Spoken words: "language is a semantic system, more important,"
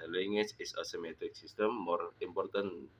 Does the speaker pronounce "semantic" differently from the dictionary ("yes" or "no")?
yes